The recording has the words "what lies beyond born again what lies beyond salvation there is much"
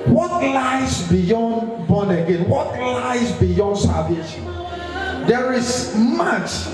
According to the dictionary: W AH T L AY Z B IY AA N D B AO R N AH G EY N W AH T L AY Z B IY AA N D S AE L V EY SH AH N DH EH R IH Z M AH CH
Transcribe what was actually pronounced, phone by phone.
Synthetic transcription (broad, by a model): W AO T L AY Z B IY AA N D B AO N AH G EY N W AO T L AY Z B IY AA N D S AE V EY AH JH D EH R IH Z M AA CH